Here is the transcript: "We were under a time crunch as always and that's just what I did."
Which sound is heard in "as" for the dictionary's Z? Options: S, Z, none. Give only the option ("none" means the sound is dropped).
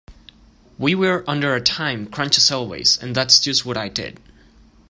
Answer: S